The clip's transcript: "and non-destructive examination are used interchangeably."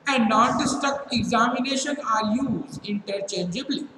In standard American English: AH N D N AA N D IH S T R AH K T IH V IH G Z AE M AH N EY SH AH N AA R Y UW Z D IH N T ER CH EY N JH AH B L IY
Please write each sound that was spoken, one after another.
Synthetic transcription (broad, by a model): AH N D N AA N D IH S T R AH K T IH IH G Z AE M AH N EY SH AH N AA R Y UW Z IH N T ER CH EY N JH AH B L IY